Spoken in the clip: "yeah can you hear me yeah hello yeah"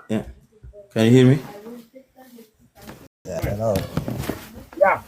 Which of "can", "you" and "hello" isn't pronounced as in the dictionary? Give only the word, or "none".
hello